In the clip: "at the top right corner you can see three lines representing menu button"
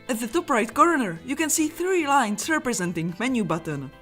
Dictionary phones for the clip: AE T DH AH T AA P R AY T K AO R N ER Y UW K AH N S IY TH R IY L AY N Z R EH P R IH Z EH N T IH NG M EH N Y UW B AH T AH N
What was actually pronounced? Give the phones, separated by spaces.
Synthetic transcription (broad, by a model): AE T DH AH T AA P R AY T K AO R N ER Y UW K AH N S IY TH R IY L AY N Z R EH P R IH Z EH N T IH NG M EH N Y UW B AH T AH N